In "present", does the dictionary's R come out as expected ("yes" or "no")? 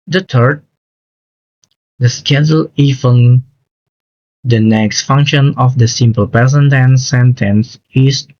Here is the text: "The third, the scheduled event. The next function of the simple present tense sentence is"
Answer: no